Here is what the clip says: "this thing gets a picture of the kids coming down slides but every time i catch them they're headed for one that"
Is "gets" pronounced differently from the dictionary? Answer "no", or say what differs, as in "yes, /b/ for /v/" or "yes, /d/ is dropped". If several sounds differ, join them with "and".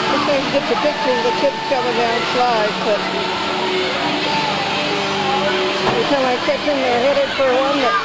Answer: yes, /s/ is dropped